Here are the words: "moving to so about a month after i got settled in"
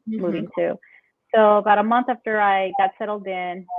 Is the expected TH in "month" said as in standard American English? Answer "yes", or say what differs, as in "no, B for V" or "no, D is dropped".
yes